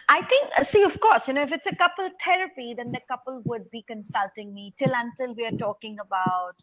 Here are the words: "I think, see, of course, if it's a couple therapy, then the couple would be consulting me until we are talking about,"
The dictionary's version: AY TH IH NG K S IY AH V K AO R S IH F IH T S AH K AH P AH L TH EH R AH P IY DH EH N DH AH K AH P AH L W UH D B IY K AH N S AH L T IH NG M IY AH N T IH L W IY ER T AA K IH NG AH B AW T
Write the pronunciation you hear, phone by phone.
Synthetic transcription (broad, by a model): AY T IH NG K S IY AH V K AO R S IH F IH T S AH K AH P AH L T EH R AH P IY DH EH N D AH K AH P AH L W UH D B IY K AH N S AH L T IH NG M IY AH N T IH L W IY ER T AA K IH NG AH B AW T